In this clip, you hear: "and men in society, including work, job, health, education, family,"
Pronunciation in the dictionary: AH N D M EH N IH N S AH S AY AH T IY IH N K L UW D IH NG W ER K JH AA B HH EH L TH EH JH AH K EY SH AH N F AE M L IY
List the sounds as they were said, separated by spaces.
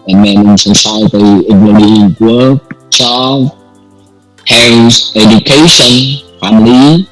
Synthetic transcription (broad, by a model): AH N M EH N IH N S AH S AY AH T IY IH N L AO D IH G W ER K CH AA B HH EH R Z EH JH AH K EY SH AH N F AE M L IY